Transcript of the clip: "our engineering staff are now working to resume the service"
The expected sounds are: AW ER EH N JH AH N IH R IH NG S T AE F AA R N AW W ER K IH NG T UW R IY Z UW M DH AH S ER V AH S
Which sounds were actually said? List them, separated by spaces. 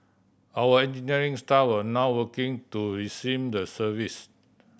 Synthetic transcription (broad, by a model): AW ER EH N JH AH N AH R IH NG S T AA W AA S N AW W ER K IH NG T UW R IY S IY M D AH S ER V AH S